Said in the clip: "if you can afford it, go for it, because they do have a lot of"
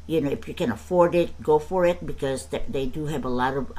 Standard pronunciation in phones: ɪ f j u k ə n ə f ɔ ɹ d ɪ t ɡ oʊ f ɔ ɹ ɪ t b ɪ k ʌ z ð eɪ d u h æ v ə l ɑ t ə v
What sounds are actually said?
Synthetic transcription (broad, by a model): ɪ f j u k ə n ə f ɔ ɹ d ɪ t ɡ oʊ f ɔ ɹ ɪ t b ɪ k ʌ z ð eɪ d u h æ v ə l ɑ t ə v